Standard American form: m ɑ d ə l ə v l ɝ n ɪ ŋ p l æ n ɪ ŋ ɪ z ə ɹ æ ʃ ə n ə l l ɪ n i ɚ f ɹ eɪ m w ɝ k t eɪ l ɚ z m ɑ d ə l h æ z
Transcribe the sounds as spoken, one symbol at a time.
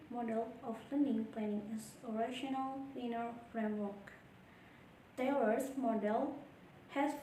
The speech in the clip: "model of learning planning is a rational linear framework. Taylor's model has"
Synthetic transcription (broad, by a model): m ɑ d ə l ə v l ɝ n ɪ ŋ p l æ n ɪ ŋ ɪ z ə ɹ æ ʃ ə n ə l w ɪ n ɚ f ɹ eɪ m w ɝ k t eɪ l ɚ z m ɑ d ə l h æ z